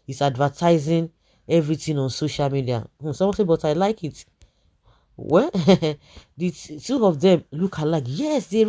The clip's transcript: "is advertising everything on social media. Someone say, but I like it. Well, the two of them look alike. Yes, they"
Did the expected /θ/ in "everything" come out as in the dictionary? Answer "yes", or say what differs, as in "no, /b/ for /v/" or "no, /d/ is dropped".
no, /t/ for /θ/